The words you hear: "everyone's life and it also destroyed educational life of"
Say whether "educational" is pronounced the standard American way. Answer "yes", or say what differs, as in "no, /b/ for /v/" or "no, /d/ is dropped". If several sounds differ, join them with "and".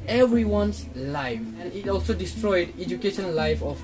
no, /n/ is dropped and /n/ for /l/